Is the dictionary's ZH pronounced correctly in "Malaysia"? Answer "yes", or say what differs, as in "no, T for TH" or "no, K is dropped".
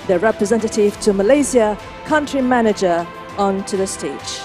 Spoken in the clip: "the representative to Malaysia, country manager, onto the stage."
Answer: no, Z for ZH